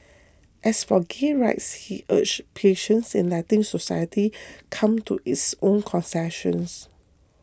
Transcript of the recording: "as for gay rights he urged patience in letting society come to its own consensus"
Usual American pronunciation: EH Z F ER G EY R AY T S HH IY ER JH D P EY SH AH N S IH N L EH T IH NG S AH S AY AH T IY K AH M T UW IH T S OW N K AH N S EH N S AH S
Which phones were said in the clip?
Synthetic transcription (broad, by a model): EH S F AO G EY R AY T S HH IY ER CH P EY SH AH N S IH N L EH T IH NG S AH S AY AH T IY K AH M T UW IH T S OW N K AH N S EH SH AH S